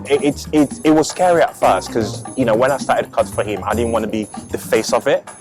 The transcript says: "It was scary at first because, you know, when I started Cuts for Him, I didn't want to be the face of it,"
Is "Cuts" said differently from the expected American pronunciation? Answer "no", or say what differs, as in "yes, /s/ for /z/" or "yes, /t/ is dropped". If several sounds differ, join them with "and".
yes, /s/ is dropped